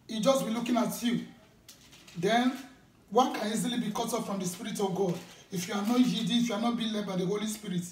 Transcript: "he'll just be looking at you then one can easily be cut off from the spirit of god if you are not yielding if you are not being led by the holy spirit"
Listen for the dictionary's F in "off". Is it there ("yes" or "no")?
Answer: no